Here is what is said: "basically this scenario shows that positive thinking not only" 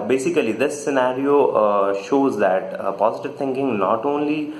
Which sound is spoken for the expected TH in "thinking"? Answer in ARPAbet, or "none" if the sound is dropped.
T